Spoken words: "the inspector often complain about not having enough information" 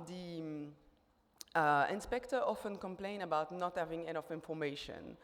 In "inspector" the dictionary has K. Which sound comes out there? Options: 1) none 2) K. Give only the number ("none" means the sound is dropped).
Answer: 2